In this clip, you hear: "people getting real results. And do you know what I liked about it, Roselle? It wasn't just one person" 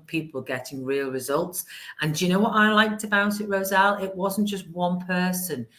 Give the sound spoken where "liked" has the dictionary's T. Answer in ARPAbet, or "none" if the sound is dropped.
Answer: T